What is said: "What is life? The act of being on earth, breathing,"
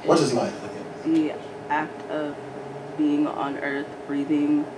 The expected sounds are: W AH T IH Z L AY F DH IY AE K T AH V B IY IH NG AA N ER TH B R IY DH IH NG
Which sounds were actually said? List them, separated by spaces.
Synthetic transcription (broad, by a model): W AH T IH Z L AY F DH IY AE K T AH V B IY IH NG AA N ER TH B R IY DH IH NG